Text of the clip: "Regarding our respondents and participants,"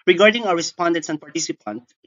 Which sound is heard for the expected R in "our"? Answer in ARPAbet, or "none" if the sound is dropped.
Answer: W